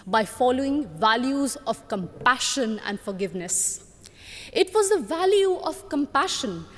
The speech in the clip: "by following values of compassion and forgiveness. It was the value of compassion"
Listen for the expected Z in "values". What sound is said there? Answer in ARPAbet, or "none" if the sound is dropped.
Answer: Z